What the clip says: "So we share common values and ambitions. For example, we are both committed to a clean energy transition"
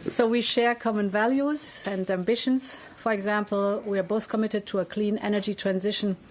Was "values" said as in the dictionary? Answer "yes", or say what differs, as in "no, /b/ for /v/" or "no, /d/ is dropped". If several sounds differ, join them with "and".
yes